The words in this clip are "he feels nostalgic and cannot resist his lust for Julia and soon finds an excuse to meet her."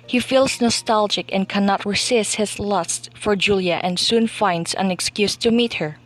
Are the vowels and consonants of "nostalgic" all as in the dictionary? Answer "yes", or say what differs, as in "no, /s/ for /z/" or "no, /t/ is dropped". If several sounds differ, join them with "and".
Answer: yes